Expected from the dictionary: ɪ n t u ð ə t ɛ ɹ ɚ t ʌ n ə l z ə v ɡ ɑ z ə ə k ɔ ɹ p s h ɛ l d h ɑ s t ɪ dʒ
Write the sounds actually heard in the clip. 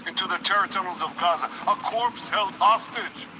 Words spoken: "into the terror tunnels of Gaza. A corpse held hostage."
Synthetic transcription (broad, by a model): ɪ n t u ð ə t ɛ ɹ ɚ t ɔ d l z ə v ɡ ɑ z ə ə k ɔ ɹ p s h ɛ l d h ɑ s t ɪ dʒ